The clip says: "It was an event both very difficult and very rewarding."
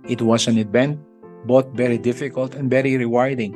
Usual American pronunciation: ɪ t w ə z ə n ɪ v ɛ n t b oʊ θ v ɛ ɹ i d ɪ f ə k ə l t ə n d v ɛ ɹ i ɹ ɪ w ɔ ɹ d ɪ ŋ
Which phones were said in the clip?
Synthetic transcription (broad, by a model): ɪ t w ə s ə n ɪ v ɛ n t b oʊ t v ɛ ɹ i d ɪ f ə k ə l t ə n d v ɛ ɹ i ɹ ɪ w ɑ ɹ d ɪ ŋ